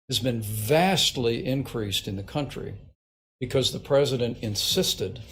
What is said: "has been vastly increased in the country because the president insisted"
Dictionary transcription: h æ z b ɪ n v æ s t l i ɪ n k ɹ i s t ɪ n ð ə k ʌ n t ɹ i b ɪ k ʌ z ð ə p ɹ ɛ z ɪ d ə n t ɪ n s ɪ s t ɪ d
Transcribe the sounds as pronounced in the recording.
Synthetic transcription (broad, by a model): h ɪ z b ɪ n v æ s t l i ɪ n k ɹ i s t ɪ n ð ə k ʌ n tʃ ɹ i b ɪ k ʌ z ð ə p ɹ ɛ z ɪ d ə n t ɪ n s ɪ s t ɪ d